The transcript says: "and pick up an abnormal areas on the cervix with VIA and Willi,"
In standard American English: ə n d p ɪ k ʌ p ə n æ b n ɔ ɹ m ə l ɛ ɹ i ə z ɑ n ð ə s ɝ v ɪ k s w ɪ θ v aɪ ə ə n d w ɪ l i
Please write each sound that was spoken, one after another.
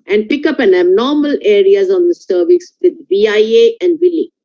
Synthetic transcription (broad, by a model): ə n d p ɪ k ʌ p ə n æ b n ɔ ɹ m ə l ɛ ɹ i ə z ɑ n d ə s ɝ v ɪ s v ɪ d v aɪ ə ə n d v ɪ l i